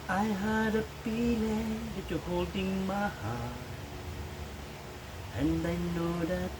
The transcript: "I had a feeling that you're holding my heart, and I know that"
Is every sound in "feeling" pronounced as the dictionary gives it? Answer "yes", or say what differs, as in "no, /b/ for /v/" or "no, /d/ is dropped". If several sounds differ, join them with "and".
no, /p/ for /f/